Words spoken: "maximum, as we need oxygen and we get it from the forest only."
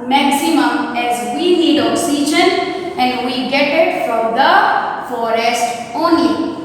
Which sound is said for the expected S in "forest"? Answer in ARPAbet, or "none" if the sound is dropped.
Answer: S